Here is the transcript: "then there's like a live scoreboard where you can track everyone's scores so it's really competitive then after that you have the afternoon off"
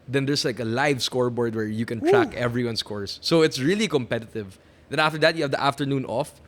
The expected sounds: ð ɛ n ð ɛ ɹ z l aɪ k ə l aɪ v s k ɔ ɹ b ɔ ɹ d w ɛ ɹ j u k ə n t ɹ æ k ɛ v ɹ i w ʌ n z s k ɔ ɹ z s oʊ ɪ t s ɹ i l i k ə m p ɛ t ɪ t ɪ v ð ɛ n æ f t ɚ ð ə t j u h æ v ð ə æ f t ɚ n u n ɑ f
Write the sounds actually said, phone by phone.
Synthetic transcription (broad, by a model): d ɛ n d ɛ ɹ s l aɪ k ə l aɪ v s k ɔ ɹ b ɔ ɹ d w ɛ ɹ j u k ə n t ɹ æ k ɛ v ɹ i w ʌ n s k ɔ ɹ s oʊ ɪ t s ɹ i l i k ə m p ɛ t ɪ t ɪ v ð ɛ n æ f t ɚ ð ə t j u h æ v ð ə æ f t ɚ n u n ɑ f